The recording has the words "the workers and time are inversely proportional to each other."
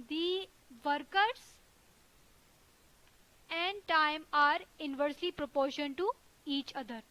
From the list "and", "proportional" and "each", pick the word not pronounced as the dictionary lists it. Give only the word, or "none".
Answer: proportional